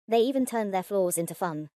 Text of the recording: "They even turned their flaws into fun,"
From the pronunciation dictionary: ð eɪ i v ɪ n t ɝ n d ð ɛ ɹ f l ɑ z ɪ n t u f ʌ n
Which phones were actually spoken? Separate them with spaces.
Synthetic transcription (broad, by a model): ð eɪ i v ɪ n t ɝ n ð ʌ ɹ f l ɑ z ɪ n t u f ʌ n